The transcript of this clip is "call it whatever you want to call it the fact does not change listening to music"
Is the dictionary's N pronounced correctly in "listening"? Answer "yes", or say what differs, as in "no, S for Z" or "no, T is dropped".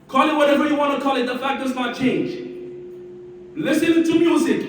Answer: no, N is dropped